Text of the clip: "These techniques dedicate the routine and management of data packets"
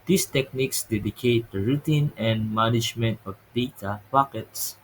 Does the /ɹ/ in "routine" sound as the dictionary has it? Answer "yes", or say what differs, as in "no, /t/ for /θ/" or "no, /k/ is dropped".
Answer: yes